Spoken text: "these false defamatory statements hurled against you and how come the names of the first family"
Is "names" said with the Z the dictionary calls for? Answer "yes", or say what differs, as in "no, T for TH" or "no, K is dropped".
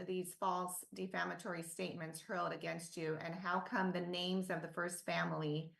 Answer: yes